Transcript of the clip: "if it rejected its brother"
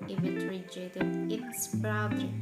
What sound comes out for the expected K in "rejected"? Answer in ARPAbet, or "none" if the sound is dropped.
none